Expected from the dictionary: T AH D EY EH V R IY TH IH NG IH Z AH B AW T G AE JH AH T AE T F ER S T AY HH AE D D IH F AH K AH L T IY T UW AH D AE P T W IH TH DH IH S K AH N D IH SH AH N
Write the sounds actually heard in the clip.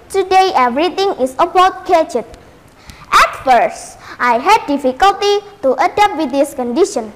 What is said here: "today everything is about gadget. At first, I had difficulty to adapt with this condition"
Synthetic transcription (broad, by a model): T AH D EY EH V R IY T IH NG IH S AH B AW T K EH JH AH T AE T F ER S T AY HH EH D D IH F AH K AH L T IY T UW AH D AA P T W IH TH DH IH S K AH N D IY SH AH N